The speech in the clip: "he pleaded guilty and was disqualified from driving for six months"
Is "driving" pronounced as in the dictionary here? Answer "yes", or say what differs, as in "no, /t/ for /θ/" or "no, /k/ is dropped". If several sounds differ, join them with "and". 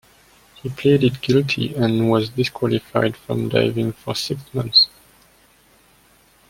no, /ɹ/ is dropped